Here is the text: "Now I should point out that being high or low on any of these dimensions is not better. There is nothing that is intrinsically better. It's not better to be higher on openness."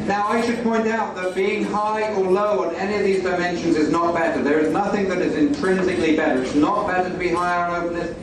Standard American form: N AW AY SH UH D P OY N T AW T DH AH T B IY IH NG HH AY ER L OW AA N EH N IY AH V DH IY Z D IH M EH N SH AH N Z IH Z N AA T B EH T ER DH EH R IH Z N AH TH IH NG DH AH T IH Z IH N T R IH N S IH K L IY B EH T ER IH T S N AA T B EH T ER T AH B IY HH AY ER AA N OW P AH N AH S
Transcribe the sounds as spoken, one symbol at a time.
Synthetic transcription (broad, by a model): N AW AY SH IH D P OY N T AW T DH AH T B IY IH NG HH AY ER L OW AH N EH N IY AH V DH IY Z D IH M EH N SH AH N Z IH Z N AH T B EH T ER DH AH R IH Z N AH TH IH NG DH AH T IH Z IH N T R IH N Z IH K L IY B EH T ER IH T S N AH T B EH T ER T AH B IY HH AY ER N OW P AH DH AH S